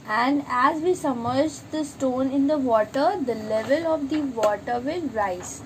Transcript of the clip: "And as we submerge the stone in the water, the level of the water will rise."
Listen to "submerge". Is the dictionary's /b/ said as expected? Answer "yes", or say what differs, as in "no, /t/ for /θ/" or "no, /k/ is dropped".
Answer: no, /b/ is dropped